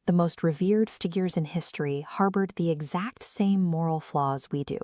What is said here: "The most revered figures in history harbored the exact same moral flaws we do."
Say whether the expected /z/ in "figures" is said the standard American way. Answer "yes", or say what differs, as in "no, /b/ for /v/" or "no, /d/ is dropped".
yes